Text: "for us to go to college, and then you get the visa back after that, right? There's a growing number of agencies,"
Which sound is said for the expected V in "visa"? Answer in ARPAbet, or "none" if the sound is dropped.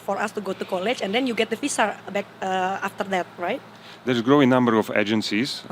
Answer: F